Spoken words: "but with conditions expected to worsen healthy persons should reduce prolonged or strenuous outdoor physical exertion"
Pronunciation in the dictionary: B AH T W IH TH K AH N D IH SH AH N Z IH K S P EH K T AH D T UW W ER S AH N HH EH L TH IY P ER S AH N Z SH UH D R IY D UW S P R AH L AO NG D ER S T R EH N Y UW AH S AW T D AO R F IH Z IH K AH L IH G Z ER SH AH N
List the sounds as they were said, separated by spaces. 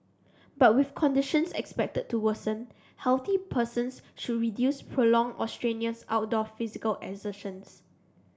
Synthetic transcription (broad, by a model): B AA T W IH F K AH N D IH SH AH N S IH K S P EH K T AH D T UW W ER S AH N HH EH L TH IY P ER S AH N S SH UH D R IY D UW S P R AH L AO NG AO S T R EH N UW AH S AW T D AO F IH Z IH K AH L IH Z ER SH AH N